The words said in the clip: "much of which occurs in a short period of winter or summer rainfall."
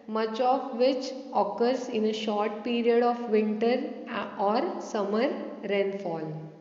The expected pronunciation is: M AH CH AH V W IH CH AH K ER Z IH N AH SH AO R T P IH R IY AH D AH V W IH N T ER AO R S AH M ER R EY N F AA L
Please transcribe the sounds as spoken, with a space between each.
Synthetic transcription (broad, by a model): M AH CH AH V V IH CH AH K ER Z IH N AH SH AO R T P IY R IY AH D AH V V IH N T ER AO R S AH M ER R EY N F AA L